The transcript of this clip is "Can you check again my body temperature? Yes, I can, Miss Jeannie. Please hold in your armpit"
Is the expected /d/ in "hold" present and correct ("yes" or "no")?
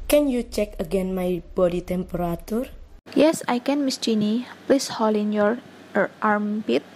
no